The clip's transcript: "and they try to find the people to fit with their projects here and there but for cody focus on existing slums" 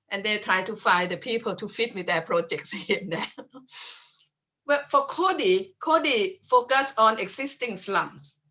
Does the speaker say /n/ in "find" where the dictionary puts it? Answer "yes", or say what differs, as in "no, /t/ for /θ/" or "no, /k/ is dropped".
no, /n/ is dropped